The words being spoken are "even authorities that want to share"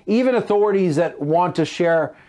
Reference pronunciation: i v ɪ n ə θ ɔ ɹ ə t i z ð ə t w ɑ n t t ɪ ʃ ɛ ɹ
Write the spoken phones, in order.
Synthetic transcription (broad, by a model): i v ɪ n ə θ ɔ ɹ ə t i z ð ə t w ɑ n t t ɪ ʃ ɛ ɹ